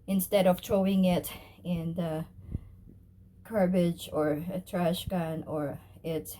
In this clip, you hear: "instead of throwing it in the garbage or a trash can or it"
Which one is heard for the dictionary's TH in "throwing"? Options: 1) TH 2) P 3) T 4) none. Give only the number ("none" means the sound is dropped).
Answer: 3